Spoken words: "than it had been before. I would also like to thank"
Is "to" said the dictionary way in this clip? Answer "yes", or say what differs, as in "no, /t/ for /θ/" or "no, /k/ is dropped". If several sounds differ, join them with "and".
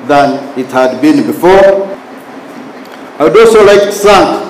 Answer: no, /s/ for /t/